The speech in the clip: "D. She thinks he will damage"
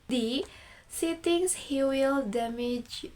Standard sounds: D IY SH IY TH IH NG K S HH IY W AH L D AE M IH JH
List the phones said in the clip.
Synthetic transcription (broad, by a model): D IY S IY T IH NG S HH IY W AH L D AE M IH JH